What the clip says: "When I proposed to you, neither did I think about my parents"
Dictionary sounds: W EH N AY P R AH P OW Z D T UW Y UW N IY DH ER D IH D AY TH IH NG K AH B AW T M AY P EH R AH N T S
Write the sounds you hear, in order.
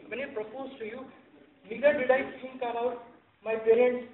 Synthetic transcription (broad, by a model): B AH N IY P R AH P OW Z T UW Y UW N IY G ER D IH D AY T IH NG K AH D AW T M AY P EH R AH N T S